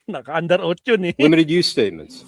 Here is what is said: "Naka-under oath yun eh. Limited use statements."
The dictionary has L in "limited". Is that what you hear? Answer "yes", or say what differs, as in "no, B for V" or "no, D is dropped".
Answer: no, W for L